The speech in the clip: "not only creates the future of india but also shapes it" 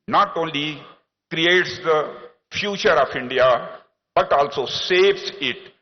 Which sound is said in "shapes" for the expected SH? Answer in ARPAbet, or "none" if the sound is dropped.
S